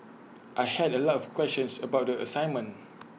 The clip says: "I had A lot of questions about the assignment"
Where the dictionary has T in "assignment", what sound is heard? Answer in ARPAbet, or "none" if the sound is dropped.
none